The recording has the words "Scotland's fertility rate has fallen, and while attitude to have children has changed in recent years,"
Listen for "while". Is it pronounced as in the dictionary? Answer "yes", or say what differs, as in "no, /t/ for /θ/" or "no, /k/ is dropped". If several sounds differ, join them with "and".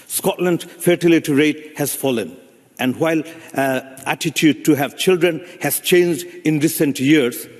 yes